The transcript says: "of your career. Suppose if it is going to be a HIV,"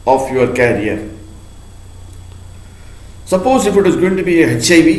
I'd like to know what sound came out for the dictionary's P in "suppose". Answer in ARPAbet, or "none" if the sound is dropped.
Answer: P